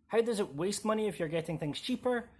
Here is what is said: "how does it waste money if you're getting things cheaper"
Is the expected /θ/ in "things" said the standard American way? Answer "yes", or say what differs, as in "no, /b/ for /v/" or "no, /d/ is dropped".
yes